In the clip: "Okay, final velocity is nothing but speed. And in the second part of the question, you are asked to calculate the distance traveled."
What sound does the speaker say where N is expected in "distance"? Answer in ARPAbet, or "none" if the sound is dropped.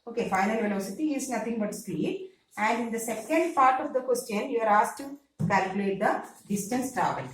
N